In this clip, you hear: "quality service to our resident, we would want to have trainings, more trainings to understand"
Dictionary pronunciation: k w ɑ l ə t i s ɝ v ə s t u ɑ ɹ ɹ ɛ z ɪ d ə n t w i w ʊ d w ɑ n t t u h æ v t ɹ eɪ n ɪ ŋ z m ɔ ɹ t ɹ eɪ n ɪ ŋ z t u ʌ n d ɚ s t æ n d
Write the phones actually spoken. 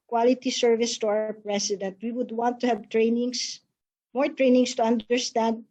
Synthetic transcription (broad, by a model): k w ɑ l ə t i s ɝ v ə s t u ɑ ɹ ɹ ɛ s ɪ d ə n t w i w ʊ d w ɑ n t t u h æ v t ɹ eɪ n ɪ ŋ s m ɔ ɹ t ɹ eɪ n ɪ ŋ s t u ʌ n d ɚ s t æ n d